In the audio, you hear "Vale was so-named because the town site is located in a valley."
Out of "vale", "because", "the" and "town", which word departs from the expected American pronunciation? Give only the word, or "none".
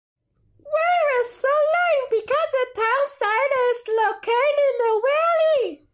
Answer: vale